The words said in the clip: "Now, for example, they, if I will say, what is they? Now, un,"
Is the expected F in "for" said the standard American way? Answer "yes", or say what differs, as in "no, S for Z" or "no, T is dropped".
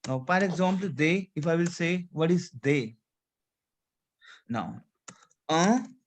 no, P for F